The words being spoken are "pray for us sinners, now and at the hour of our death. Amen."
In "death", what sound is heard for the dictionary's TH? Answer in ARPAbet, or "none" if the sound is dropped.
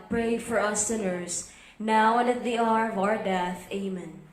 TH